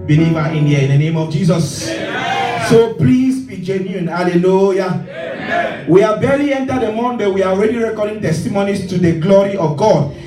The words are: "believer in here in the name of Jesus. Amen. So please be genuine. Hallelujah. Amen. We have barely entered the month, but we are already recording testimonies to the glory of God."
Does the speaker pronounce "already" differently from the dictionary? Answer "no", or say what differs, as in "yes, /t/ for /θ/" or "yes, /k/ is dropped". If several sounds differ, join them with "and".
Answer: no